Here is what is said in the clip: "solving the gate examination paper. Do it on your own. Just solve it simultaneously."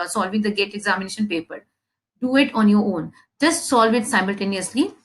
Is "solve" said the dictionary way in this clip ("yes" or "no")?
yes